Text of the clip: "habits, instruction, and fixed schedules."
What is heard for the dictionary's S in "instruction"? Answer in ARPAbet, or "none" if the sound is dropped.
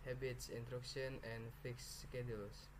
none